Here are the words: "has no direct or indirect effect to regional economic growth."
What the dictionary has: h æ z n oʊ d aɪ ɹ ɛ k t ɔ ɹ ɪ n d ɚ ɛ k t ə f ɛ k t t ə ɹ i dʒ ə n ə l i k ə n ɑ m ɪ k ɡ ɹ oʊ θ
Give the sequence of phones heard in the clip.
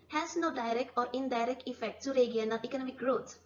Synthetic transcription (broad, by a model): h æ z n oʊ d aɪ ɹ ɛ k t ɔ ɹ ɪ n d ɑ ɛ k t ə f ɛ k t t ə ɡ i ə n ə n i k ə n ɑ m ɪ k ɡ ɹ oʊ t